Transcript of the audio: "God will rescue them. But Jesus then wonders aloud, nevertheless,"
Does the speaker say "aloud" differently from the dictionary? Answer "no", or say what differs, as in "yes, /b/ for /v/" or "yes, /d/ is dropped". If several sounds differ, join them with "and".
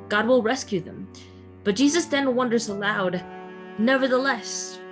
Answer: no